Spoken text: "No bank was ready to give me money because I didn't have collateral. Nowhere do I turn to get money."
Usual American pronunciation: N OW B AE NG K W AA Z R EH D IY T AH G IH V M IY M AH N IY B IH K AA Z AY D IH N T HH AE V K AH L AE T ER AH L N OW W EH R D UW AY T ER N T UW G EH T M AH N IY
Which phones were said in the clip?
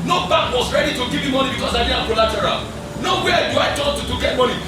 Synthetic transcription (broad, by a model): N OW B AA K W AA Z R EH D IY T AH G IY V M IY M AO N IY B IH K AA S AY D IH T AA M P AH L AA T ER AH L N OW W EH D UW AY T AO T T UW G EH T M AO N IY